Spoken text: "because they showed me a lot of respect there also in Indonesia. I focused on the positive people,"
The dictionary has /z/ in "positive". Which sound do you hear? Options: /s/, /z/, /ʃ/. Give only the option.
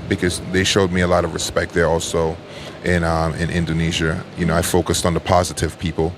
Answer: /z/